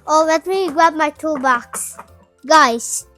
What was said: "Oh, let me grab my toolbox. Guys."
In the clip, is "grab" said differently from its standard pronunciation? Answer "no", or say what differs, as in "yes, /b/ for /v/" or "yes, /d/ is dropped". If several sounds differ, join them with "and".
yes, /ɹ/ is dropped